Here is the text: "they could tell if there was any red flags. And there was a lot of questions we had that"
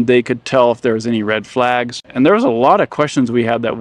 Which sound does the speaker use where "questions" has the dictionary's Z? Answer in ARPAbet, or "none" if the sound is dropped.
Z